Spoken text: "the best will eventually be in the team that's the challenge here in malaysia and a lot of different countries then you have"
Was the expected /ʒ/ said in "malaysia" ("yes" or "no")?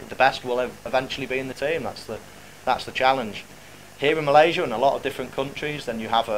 yes